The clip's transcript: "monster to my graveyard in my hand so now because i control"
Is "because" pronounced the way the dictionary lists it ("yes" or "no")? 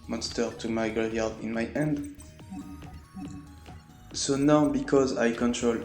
yes